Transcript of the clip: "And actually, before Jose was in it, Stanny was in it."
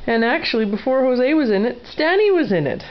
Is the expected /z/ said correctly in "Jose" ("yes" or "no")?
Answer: yes